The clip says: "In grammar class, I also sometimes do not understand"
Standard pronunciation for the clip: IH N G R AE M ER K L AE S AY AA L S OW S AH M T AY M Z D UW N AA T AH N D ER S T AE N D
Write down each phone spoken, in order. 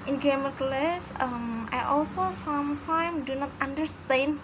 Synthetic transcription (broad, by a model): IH N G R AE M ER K L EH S AY AA L S OW S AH M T AY M D UW N AA T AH N D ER S T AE N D